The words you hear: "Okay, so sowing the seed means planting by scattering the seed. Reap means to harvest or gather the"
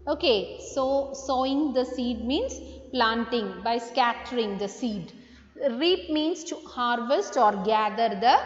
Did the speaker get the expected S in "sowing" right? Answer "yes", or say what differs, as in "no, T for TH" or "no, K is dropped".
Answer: yes